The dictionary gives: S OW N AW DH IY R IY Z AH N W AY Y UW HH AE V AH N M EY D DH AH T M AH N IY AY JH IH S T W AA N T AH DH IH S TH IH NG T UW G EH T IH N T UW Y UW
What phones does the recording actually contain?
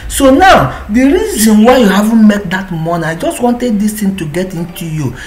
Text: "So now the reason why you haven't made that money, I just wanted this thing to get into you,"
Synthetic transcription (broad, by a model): S OW N AW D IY R IY Z AH N W AY Y UW HH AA V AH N M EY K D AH T M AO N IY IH JH IH S T W AA N T AH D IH S T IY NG T UW G EH T IH N T UW Y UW